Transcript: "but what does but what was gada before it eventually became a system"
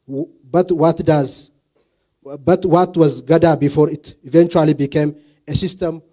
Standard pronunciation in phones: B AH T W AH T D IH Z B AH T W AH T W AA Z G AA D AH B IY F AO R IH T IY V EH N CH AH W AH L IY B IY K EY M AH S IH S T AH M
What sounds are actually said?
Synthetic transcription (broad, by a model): B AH T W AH T D IH Z B AH T W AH T W AA Z G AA D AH B IY F AO R IH T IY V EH N CH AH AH L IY B IY K EY M AH S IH S T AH M